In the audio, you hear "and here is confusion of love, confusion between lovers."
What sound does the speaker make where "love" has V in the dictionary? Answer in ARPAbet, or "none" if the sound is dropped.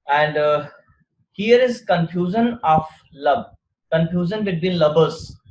B